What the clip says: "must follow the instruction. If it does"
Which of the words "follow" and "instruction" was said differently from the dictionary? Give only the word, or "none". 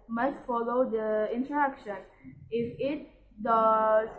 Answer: instruction